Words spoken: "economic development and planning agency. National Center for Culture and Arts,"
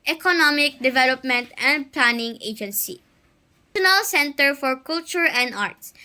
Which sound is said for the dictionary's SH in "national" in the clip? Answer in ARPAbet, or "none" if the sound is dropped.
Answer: none